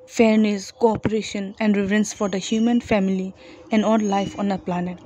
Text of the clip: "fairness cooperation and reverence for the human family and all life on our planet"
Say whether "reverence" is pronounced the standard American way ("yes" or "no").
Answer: no